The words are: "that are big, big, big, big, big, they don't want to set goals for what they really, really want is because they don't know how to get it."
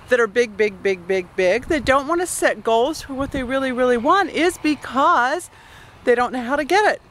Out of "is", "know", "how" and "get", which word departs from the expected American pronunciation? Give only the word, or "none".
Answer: none